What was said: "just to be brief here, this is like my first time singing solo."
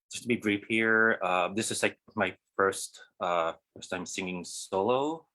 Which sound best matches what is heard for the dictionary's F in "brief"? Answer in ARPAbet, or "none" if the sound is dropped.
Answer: P